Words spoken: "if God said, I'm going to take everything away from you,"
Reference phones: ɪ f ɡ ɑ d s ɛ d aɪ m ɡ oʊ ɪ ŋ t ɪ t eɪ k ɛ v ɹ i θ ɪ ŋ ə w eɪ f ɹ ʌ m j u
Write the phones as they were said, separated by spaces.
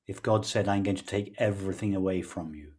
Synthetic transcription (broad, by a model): ɪ f ɡ ɑ d s ɛ d aɪ m ɡ oʊ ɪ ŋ t ɪ t eɪ k ɛ v ɹ i θ ɪ ŋ ə w eɪ f ɹ ʌ m j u